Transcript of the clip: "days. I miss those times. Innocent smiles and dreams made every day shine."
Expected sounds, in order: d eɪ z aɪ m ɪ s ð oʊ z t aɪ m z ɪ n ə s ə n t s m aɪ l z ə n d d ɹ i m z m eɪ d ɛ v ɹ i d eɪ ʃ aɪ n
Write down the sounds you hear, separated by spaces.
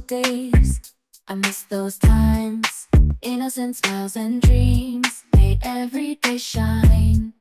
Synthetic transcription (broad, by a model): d eɪ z aɪ m ɪ s ð oʊ z t aɪ m z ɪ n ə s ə n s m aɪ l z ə n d d ɹ i m z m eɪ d ɛ v ɹ i d eɪ ʃ aɪ n